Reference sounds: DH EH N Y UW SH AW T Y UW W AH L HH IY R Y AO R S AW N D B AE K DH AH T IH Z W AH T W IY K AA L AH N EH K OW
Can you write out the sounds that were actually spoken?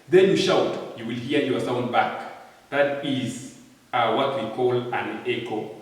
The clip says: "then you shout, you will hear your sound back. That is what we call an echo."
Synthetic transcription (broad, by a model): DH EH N Y UW SH AW T Y UW W AH L HH IY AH Y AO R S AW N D B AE K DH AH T IH Z W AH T W IY K AA L AH N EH K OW